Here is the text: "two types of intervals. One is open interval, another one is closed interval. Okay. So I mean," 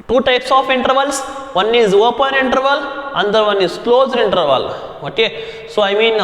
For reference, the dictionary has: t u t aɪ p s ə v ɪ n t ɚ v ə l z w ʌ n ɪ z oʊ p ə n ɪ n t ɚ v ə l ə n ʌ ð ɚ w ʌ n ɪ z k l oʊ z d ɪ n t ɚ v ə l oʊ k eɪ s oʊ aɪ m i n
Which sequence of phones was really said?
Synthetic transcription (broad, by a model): t u t aɪ p s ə f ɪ n t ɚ v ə l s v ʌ n ɪ z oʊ p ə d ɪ n t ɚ v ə l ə n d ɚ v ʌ n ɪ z k l oʊ z d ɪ n t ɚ v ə l oʊ k eɪ s oʊ aɪ m i n